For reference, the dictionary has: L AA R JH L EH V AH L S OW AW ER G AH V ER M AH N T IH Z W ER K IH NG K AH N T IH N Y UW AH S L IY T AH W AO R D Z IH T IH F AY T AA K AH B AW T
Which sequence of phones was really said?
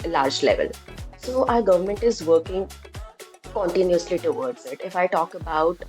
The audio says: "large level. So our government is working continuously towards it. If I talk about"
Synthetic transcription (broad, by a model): L AA R JH L EH V AH L S OW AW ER G AH V ER M AH N T IH Z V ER K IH NG K AH N T IH N Y UW AH S L IY T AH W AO R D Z IH T IH F AY T AA K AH B AW T